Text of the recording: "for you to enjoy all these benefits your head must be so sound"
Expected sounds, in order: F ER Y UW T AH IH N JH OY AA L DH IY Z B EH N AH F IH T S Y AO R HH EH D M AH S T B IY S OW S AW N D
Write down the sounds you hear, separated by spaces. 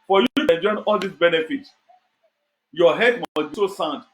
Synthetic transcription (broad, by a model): F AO Y UW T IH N JH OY AA L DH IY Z B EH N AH F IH T Y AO HH EH D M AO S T B IY S OW S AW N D